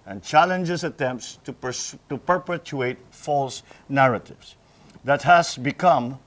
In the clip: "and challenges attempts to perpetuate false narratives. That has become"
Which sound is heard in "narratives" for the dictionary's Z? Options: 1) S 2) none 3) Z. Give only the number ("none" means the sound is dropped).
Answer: 1